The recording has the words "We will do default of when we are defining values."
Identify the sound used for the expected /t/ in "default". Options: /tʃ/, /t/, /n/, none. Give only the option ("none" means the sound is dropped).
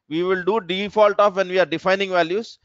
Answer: /t/